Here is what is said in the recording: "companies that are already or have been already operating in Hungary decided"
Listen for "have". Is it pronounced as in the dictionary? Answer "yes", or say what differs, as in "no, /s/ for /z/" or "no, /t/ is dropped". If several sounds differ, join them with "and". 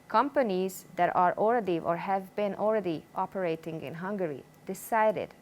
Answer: yes